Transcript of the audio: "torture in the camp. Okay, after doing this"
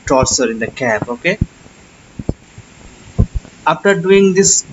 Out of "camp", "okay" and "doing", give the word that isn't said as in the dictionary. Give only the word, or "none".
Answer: camp